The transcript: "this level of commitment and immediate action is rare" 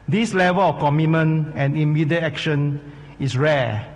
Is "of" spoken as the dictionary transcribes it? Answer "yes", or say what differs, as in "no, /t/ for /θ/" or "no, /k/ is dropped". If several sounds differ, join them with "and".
no, /f/ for /v/